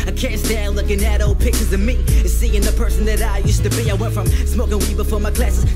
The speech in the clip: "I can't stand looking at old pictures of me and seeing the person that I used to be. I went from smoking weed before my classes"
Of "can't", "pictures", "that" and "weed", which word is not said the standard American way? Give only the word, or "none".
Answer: pictures